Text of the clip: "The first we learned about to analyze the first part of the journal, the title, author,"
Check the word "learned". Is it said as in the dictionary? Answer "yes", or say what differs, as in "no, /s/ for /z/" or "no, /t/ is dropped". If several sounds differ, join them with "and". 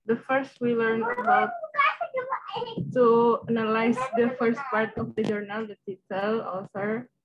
no, /d/ is dropped